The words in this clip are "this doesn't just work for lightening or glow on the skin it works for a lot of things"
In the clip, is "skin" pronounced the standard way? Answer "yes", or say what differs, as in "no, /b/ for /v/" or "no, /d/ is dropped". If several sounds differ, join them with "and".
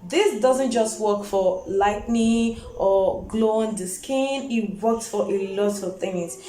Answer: yes